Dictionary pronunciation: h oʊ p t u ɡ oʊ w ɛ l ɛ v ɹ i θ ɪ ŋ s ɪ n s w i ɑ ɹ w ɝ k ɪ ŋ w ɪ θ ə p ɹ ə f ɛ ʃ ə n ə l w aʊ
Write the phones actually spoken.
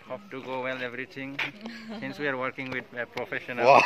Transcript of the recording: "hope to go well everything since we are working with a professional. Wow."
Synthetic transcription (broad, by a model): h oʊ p t u ɡ oʊ w ɛ l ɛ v ɹ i t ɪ ŋ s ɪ n s w i ɑ ɹ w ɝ k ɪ ŋ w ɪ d p ɹ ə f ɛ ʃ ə n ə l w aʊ